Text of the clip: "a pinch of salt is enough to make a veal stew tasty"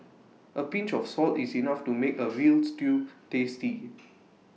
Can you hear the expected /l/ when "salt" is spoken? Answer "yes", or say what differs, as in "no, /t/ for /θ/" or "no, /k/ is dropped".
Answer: yes